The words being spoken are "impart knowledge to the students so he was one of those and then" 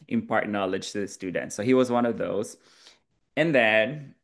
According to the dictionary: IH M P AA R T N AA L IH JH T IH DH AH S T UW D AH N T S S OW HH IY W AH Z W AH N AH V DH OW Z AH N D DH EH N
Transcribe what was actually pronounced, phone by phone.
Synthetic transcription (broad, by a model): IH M P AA R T N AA L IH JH T IH DH AH S T UW D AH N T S S OW HH IY W AH Z W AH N AH V DH OW Z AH N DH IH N